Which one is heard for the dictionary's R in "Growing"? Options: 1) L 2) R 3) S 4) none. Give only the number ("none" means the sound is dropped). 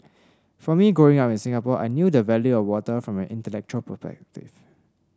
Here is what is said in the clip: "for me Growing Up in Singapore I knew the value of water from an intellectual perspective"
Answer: 4